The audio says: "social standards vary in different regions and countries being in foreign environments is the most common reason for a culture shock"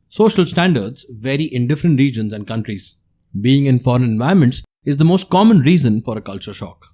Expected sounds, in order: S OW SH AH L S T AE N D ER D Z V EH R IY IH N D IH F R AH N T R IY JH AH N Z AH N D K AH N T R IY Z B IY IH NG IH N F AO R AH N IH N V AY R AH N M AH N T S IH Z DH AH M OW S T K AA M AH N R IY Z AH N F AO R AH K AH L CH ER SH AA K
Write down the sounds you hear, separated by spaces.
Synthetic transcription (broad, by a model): S OW SH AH L S T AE N D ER D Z V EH R IY IH N D IH F R AH N T R IY JH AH N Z AH N D K AH N T R IY Z B IY IH NG IH N F AO R AH N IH N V AY AH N M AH N T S IH Z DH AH M OW S T K AA M AH N R IY Z AH N F AO R AH K AH L CH ER SH AA K